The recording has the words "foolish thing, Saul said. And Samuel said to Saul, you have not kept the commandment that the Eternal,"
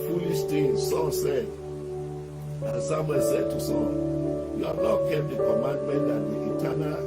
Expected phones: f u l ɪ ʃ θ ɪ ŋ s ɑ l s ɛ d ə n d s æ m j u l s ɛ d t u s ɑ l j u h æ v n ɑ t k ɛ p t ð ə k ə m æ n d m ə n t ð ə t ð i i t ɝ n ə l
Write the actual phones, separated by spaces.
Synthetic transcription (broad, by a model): f u l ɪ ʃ t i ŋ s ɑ s ɛ d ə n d s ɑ m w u s ɛ d t u s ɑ j u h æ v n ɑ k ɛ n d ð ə k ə m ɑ n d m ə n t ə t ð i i t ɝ n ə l